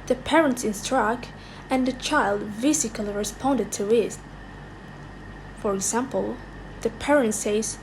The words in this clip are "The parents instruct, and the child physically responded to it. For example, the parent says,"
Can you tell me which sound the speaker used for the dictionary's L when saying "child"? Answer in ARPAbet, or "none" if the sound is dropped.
L